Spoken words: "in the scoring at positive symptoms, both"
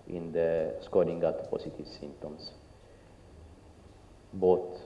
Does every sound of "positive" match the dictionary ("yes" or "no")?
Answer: no